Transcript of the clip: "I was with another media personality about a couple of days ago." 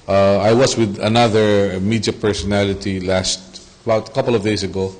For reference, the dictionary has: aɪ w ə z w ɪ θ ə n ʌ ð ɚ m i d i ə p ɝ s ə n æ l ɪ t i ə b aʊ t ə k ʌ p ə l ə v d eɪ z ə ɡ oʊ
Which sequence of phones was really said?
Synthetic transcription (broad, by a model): aɪ w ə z w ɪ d ə n ʌ ð ɚ m i d i ə p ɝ s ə n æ l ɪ t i ə b aʊ t ə k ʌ p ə l ə v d eɪ s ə ɡ oʊ